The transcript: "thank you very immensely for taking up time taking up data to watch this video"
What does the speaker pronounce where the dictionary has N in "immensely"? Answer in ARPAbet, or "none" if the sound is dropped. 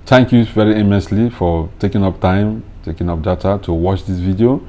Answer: none